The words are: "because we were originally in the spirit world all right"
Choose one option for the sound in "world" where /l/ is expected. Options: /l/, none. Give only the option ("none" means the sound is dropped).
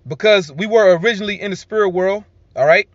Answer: /l/